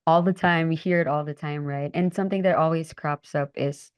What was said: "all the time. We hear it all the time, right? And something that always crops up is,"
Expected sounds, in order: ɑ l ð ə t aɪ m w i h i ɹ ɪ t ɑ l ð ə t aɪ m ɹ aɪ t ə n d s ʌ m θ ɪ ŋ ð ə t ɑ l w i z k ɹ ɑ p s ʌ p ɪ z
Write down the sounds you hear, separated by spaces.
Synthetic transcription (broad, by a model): ɑ l ð ə t aɪ m w i h i ɹ ɪ t ɑ l ð ə t aɪ m ɹ aɪ t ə n s ʌ m θ ɪ ŋ ð ə t ɑ l w i z k ɹ ɑ p s ʌ p ɪ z